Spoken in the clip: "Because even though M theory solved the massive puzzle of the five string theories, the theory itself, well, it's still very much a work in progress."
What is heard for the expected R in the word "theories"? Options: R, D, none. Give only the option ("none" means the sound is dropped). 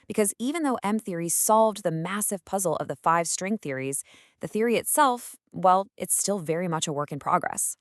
R